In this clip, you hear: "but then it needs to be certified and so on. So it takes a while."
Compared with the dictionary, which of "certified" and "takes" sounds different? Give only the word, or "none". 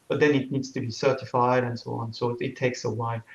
none